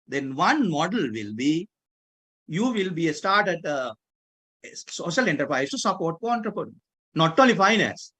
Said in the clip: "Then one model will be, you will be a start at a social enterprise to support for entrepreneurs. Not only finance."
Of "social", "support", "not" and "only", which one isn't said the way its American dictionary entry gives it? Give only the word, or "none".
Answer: only